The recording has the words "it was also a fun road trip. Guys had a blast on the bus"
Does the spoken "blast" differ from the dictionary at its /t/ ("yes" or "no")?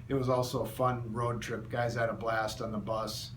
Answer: no